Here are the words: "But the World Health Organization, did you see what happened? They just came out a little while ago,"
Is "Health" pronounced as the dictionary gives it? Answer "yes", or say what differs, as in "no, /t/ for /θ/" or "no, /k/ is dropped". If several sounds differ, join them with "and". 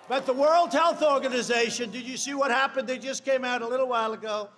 yes